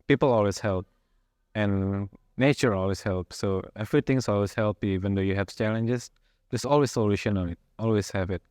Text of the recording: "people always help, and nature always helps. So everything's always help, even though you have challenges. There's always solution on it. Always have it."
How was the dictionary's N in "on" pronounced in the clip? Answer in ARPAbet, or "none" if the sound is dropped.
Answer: L